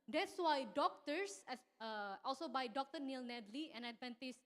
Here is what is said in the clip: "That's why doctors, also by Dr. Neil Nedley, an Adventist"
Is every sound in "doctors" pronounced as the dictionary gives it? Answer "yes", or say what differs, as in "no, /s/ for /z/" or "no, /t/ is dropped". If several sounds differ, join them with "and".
no, /s/ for /z/